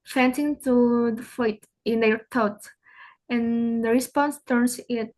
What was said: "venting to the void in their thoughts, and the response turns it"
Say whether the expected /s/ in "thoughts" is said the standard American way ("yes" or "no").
no